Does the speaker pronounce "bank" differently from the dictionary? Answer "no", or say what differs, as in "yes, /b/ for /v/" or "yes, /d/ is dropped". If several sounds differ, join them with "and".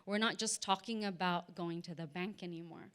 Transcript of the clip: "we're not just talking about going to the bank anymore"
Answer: no